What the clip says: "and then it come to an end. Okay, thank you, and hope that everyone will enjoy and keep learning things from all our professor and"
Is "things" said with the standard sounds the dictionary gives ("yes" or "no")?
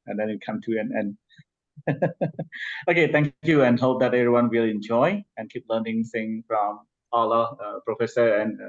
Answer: no